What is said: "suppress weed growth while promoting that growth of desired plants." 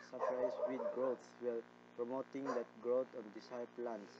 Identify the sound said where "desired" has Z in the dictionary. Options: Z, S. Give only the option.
S